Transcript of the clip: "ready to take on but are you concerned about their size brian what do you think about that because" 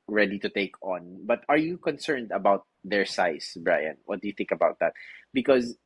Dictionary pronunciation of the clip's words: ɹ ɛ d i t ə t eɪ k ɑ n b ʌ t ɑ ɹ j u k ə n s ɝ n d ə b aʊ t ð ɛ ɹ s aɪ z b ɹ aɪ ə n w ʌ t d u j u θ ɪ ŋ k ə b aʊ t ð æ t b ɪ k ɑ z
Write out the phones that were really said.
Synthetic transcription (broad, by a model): ɹ ɛ d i t ə t eɪ k ɑ n b ʌ t ɑ ɹ j u k ə n s ɝ n d ə b aʊ t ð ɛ ɹ s aɪ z b ɹ aɪ ə n w ʌ t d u j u θ ɪ ŋ k ə b aʊ t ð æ t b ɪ k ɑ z